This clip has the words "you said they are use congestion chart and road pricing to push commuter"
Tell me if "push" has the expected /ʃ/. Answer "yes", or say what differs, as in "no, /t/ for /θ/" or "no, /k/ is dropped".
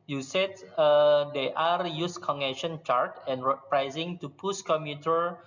no, /s/ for /ʃ/